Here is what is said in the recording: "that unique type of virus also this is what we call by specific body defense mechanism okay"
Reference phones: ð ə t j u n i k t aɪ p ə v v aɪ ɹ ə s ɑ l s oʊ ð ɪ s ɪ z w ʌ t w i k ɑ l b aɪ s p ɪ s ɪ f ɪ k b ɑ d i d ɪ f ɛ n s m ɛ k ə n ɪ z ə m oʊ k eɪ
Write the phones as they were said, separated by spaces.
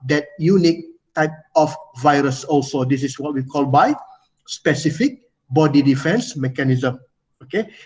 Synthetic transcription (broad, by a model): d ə t j u n i k t aɪ p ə f v aɪ ɹ ə s ɑ l s oʊ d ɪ s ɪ s w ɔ t w i k ɑ l b aɪ s p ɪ s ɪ f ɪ k b ɑ d i d ɪ f ɛ n s m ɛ k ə n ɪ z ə m oʊ k eɪ